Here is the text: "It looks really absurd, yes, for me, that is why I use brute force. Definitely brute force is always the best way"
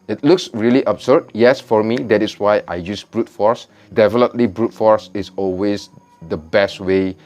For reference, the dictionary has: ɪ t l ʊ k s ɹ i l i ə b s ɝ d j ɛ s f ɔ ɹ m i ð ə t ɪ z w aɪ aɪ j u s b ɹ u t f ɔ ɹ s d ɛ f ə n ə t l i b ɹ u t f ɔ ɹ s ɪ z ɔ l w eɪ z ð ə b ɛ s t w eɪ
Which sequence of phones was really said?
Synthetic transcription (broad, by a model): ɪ t l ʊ k s ɹ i l i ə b s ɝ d j ɛ s f ɔ ɹ m i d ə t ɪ s w aɪ aɪ j u s b ɹ u t f ɔ ɹ s d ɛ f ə l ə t l i b ɹ u t f ɔ ɹ s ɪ s ɔ l w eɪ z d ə b ɛ s t w eɪ